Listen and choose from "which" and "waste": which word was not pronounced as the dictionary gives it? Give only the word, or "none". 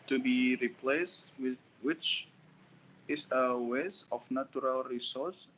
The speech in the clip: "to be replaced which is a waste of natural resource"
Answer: waste